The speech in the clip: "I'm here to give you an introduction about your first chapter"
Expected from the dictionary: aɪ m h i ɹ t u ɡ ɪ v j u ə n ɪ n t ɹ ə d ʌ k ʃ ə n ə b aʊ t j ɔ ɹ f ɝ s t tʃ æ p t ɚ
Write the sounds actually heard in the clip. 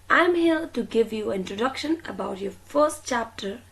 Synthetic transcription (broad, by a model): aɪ m h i l t u ɡ ɪ v j u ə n ɪ n t ɹ ə d ʌ k ʃ ə n ə b aʊ t j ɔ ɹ f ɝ s t tʃ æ p t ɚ